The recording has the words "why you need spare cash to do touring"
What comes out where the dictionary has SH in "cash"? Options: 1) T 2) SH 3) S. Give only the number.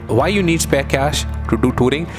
2